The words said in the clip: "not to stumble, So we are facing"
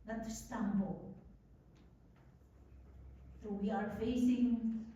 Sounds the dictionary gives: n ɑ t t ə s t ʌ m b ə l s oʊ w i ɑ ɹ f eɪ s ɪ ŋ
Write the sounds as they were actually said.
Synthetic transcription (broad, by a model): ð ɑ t t ə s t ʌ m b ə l θ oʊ w i ɑ ɹ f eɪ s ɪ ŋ